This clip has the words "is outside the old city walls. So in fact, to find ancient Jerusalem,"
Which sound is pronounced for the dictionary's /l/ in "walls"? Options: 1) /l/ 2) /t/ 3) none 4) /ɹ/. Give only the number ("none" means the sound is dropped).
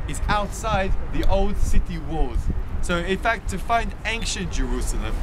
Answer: 3